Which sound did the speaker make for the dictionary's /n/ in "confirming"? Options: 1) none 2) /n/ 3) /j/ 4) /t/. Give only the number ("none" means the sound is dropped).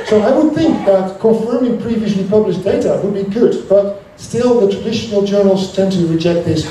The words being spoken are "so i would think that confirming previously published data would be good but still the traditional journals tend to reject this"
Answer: 1